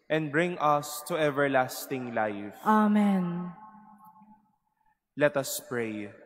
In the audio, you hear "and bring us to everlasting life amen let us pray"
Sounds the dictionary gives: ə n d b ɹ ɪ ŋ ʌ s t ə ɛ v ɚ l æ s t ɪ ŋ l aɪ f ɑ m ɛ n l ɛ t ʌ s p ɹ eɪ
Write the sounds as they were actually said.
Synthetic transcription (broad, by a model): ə n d b ɹ ɪ ŋ ʌ s t ə ɛ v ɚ l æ s t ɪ ŋ l aɪ f ɑ m ɛ n l ɛ t ʌ s p ɹ eɪ